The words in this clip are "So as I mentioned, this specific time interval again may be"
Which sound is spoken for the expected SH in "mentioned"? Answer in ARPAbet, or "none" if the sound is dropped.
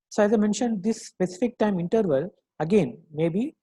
SH